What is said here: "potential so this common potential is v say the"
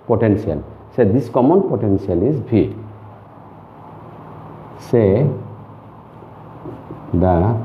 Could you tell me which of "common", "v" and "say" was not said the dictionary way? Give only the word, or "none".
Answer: v